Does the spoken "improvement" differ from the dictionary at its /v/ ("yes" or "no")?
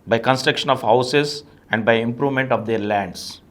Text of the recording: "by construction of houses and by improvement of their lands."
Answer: no